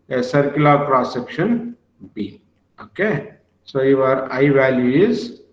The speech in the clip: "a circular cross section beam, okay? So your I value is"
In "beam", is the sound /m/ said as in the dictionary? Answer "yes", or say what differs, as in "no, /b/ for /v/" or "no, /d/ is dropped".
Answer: no, /m/ is dropped